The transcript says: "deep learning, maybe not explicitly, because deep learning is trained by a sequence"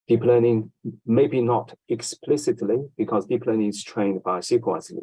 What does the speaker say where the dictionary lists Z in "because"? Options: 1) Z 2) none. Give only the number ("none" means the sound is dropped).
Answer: 1